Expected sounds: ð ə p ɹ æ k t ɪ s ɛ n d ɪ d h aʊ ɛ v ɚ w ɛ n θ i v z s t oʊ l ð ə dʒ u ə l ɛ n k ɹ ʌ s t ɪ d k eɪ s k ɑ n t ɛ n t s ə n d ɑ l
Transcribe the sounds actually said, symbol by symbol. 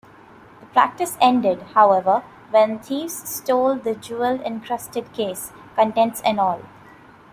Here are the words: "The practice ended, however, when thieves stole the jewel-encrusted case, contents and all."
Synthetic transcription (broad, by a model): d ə p ɹ æ k t ɪ s ɛ n d ɪ d h aʊ ɛ v ɚ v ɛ n t i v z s t oʊ l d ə dʒ u ə l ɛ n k ɹ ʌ s t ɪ d k eɪ s k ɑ n t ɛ n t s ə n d ɑ l